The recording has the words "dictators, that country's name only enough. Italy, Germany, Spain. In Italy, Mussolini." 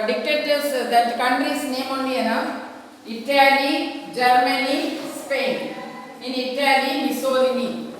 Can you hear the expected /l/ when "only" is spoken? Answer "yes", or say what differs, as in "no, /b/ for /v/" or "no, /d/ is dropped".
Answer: no, /l/ is dropped